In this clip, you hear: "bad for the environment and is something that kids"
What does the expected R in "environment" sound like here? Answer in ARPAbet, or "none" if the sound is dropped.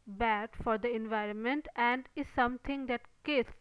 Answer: R